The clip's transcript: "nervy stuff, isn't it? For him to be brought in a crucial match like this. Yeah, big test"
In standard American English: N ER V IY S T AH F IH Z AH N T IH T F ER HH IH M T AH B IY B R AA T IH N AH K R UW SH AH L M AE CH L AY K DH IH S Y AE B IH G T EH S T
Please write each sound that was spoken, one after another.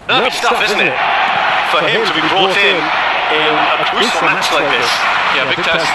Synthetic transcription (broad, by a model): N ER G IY S T AH F IH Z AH N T IH T F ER HH IH M T AH B IY B R AA T IH N AH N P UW S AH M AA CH L AY K DH IH S Y AE B IH G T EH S